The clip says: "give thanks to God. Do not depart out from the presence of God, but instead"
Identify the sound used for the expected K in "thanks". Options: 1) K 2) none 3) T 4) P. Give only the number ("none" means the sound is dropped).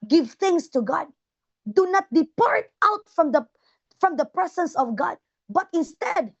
2